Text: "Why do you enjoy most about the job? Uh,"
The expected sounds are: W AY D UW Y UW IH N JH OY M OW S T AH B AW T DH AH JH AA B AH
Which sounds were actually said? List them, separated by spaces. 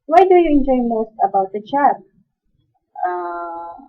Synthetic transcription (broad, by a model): W AY D UW Y UW IH N JH OY M OW S T AH B AW T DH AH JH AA AH